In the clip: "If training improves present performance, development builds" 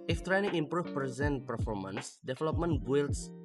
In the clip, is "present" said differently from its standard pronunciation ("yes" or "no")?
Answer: no